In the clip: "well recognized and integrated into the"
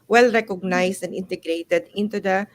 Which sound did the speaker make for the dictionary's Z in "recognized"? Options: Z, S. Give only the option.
S